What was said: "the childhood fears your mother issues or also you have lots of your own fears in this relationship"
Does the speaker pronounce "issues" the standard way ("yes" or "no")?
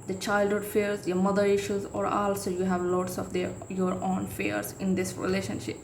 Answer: yes